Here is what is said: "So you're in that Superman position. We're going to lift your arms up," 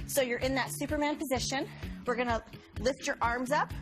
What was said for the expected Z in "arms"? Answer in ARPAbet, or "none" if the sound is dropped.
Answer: Z